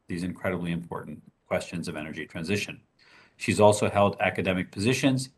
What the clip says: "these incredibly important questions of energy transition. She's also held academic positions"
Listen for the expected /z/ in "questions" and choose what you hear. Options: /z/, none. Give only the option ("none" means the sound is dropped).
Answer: /z/